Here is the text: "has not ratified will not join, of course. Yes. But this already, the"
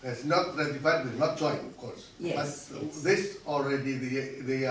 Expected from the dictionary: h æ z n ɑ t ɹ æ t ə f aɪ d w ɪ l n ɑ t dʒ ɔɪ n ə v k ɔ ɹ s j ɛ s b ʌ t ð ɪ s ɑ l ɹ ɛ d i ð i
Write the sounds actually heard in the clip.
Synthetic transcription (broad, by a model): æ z n ɑ t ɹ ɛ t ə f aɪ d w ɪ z n ɑ t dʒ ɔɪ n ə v k ɔ ɹ s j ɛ b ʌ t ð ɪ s ɑ l ɹ ɛ d i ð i